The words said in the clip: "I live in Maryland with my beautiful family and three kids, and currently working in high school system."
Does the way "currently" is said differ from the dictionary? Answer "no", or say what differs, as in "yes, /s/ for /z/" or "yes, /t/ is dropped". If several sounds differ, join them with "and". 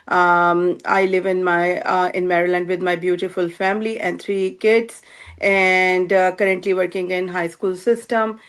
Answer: no